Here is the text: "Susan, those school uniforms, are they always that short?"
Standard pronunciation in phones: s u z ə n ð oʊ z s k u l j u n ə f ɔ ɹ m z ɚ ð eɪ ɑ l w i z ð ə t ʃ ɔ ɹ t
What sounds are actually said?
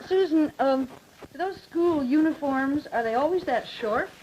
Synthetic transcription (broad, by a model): s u z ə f ð oʊ z s k u l j u n ə f ɔ ɹ m z ɚ ð eɪ ɑ l w i z ð ə t ʃ ɔ ɹ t